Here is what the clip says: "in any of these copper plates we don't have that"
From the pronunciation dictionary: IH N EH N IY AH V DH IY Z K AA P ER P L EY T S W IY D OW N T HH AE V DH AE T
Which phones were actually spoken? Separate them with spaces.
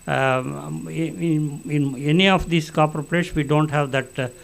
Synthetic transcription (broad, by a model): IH N EH N IY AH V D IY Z K AA P ER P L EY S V IY D OW N T HH AE V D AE T